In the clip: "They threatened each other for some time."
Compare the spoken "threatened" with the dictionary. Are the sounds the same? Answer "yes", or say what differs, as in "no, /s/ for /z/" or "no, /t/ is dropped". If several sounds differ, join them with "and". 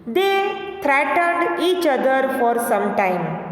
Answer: no, /t/ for /θ/ and /n/ is dropped